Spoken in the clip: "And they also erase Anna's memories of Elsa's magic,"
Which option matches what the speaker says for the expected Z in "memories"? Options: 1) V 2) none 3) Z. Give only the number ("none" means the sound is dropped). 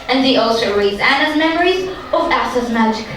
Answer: 3